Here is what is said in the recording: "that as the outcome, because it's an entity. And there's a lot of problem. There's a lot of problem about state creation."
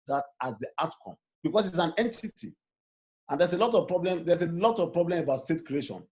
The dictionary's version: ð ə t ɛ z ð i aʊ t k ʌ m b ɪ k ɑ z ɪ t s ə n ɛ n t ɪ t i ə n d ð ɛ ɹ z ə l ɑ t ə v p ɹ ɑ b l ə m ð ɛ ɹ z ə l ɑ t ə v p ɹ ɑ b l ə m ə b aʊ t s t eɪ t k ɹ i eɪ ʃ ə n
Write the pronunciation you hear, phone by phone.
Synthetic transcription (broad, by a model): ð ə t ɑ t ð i aʊ t k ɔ m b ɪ k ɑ s ɪ t s ə n ɛ n t ɪ t i ə n d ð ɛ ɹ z ə l ɑ t ə v p ɹ ɑ b l ə m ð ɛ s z ə l ɑ t ə v p ɹ ɑ b l ə m ə b aʊ t s t eɪ t k ɹ i eɪ ʃ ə n